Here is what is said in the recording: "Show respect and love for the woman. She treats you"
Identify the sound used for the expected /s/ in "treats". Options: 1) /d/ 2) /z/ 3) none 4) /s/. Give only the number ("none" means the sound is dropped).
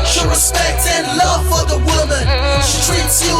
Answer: 4